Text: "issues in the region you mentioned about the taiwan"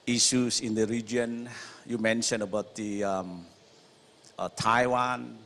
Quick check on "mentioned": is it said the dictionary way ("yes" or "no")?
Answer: no